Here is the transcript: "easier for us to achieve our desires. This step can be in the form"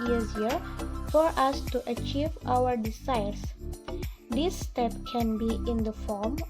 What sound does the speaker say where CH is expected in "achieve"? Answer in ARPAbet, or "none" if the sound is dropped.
CH